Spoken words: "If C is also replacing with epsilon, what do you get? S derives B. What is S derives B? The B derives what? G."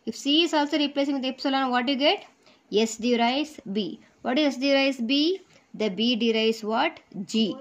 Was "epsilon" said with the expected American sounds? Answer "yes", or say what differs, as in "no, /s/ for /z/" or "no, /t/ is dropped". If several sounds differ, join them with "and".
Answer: yes